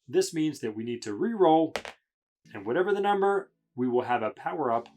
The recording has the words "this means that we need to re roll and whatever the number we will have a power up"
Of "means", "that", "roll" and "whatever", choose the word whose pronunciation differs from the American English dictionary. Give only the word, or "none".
none